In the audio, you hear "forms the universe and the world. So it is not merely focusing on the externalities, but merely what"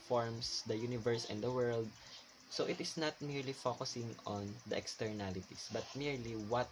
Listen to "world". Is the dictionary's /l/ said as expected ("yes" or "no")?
yes